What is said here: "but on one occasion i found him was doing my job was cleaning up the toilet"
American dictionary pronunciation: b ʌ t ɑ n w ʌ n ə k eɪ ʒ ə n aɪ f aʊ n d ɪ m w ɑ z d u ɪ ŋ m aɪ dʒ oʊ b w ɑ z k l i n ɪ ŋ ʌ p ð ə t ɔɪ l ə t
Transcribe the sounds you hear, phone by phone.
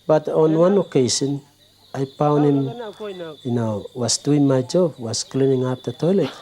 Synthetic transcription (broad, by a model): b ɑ t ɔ n w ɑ n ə k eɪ s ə n aɪ p aʊ n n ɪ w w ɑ s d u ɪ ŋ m aɪ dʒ oʊ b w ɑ s k l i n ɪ ŋ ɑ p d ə t ɔɪ l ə t